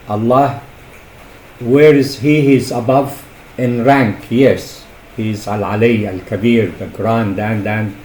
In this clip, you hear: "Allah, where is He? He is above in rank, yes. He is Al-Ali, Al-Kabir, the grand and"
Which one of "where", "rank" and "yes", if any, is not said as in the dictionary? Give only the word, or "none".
none